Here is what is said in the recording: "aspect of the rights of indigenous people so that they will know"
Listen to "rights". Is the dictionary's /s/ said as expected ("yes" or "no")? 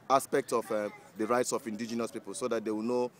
yes